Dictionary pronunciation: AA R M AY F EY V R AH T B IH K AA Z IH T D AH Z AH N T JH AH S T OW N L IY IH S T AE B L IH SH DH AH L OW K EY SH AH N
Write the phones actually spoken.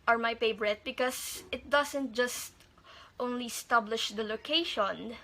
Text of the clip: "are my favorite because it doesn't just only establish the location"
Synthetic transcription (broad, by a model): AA R M AY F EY B R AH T B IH K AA S IH T D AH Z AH N T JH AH S T OW N L IY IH S T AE B L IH SH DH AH L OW K EY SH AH N